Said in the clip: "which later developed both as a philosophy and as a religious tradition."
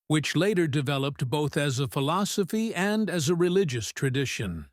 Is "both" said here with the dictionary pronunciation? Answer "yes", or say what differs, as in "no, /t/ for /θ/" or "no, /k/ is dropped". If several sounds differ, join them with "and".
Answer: yes